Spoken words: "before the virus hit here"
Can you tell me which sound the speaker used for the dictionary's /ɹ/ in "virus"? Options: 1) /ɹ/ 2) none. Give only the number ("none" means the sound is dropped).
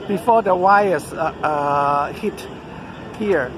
2